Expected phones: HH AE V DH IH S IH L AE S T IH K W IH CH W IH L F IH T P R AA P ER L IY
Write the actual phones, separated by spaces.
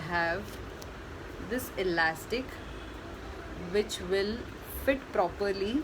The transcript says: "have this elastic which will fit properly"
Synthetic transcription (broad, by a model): HH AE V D IH S IH L AE S T IH K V IH CH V IH L F IH T P R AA P ER L IY